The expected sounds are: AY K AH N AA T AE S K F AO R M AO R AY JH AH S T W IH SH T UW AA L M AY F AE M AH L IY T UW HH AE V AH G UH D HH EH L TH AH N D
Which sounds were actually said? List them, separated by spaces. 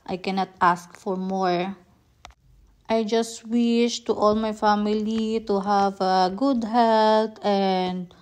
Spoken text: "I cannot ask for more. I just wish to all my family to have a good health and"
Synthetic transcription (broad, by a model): AY K AH N AA T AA S K F AO R M AO R AY JH AH S T W IH SH T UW AA L M AY F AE M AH L IY T UW HH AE V AH G UH D HH EH L T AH N D